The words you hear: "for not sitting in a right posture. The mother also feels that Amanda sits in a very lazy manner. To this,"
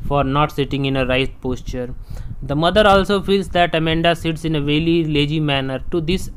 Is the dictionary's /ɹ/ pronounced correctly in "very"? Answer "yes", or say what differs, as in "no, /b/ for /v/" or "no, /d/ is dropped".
no, /l/ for /ɹ/